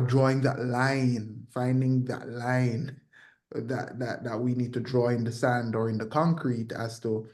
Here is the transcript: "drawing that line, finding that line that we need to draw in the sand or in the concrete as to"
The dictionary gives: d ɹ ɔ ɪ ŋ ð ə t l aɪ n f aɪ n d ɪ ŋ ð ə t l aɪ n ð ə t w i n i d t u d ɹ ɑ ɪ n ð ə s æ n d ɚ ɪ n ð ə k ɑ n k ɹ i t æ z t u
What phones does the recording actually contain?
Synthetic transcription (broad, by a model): d ɹ ɔ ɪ ŋ ð ə t l aɪ n f aɪ n d ɪ ŋ ð ə t l aɪ n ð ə t w i n i d t u d ɹ ɑ ɪ n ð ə s æ n d ɚ ɪ n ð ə k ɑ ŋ k ɹ i t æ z t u